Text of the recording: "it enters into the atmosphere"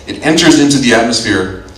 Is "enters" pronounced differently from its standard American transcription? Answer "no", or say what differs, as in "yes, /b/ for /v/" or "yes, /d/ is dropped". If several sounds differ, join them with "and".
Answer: no